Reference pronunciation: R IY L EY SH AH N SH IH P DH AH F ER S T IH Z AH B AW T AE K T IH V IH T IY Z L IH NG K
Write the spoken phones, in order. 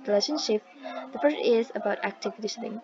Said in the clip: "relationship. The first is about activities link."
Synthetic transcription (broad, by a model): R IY L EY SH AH N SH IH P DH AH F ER T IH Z AH B AW T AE K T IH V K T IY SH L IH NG